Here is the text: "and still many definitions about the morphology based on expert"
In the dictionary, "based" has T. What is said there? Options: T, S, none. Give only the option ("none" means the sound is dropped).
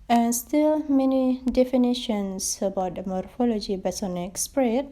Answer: none